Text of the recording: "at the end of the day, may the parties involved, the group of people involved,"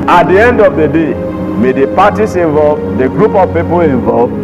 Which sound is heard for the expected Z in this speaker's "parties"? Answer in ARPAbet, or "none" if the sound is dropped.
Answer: S